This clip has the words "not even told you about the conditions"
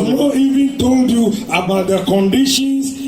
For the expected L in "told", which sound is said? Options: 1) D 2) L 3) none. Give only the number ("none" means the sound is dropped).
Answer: 2